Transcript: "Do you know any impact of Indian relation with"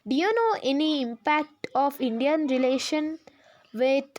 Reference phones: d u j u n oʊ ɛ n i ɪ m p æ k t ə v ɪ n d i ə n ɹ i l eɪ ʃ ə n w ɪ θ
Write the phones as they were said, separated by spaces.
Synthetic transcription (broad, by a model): d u j u n oʊ ɛ n i ɪ m p æ k t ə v ɪ n d i ə n ɹ i l eɪ ʃ ə n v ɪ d